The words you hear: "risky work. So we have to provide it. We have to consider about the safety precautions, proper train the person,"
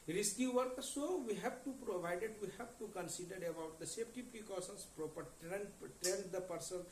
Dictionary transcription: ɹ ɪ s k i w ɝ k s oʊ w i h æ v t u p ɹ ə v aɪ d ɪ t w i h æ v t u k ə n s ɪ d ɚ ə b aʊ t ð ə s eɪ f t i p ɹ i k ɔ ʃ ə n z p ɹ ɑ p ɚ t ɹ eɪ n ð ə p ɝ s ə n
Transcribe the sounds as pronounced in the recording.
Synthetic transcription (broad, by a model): ɹ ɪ s k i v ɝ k s oʊ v i h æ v t u p ɹ ə v aɪ d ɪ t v i h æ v t u k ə n s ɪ d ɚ ə b aʊ t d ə s eɪ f t i p ɹ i k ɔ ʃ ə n s p ɹ ɑ p ɚ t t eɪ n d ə p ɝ s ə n